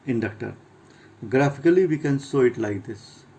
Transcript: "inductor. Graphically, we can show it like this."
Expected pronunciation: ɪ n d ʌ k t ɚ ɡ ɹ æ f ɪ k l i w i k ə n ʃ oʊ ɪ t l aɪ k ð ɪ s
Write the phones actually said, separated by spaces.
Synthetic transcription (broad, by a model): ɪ n d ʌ k t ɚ ɡ ɹ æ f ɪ k l i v i k ə n s oʊ ɪ t l aɪ k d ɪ s